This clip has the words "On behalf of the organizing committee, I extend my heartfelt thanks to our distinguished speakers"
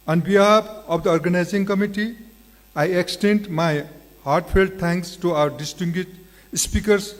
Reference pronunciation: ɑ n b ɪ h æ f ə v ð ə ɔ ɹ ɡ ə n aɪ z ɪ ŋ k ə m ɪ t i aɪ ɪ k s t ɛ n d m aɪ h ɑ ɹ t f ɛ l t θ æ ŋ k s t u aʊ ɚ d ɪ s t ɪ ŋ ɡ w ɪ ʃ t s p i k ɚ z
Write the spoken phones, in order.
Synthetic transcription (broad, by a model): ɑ n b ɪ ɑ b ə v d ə ɔ ɹ ɡ ə n aɪ z ɪ ŋ k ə m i t i aɪ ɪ k s t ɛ n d m aɪ h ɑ ɹ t p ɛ l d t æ ŋ k s t u aʊ ɚ d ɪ s t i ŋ ɡ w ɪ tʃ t s p i k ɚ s